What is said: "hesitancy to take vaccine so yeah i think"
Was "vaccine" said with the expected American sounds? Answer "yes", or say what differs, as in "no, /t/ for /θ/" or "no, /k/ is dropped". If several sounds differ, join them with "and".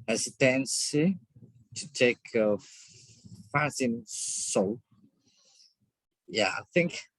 no, /f/ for /v/ and /k/ is dropped